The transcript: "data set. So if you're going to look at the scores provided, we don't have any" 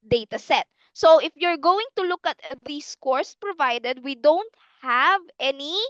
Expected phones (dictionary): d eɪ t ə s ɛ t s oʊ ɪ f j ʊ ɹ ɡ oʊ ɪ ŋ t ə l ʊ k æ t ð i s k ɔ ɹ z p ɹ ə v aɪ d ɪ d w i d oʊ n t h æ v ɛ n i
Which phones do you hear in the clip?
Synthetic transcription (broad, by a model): d eɪ t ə s ɛ t s oʊ ɪ f j ʊ ɹ ɡ oʊ ɪ ŋ t ə l ʊ k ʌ t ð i s k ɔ ɹ s p ɹ ə v aɪ d ɪ d w i d oʊ n t h æ v ɛ n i